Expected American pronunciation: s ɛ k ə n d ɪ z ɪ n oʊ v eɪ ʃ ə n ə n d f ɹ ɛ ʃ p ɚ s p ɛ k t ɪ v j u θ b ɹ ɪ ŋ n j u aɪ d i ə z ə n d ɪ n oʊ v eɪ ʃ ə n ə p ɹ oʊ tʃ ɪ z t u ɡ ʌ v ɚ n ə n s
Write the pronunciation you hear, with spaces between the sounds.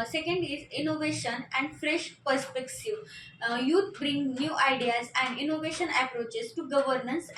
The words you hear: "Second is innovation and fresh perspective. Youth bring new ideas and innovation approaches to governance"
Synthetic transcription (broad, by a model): s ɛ k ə n d ɪ z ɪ n oʊ v eɪ ʃ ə n ə n d f ɹ ɛ ʃ p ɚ s p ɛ k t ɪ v j u t b ɹ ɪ ŋ n j u aɪ d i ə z ə n d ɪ n oʊ v eɪ ʃ ə n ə p ɹ oʊ tʃ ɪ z t u ɡ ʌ v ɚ n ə n s